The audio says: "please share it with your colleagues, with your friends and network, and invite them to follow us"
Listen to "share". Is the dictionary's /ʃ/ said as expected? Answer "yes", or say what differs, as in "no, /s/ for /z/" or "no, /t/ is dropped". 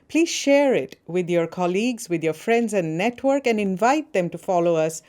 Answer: yes